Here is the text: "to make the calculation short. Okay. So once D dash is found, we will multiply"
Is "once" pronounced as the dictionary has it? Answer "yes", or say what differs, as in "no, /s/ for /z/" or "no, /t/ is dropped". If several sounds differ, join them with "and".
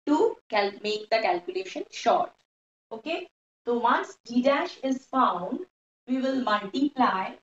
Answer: no, /n/ is dropped